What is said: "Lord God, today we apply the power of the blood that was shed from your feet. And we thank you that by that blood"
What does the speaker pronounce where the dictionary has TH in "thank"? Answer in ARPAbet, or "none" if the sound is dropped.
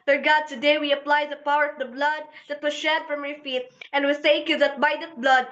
S